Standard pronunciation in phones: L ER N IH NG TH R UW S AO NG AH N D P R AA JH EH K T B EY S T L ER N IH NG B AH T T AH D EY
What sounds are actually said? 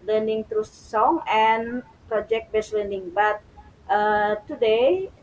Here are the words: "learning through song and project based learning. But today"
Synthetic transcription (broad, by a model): L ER N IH NG T R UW S AO NG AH N P R AA JH EH K T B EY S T L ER N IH NG B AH T T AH D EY